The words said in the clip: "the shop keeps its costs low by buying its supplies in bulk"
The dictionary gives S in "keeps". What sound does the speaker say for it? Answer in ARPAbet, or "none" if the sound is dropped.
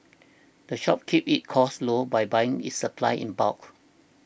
none